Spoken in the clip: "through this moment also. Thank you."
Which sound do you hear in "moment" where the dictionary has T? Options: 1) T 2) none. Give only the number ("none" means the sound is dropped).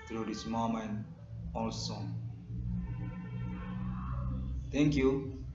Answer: 2